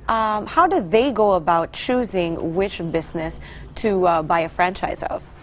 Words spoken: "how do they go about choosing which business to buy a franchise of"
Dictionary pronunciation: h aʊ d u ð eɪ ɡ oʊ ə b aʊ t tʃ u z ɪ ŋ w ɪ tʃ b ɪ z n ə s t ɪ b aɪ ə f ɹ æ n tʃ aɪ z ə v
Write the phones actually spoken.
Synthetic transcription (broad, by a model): h aʊ d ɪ ð eɪ ɡ oʊ ə b aʊ t tʃ u z ɪ ŋ w ɪ tʃ b ɪ z n ə s t ɪ b aɪ ə f ɹ æ n tʃ aɪ z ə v